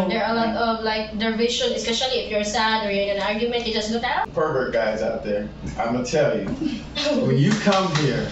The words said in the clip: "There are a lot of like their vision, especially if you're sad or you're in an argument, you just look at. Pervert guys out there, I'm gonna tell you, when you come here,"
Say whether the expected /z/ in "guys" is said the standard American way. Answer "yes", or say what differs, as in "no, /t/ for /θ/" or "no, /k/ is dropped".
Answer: yes